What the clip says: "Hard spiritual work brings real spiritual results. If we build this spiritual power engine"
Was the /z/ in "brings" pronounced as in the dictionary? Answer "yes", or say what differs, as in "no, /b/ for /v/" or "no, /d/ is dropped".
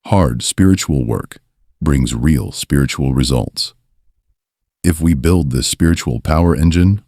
yes